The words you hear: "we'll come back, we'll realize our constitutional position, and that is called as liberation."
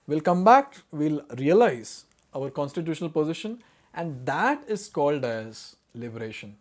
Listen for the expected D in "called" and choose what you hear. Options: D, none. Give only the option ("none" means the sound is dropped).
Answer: D